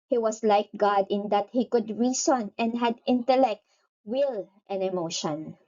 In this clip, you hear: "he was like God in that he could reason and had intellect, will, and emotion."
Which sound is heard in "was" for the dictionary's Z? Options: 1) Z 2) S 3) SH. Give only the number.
2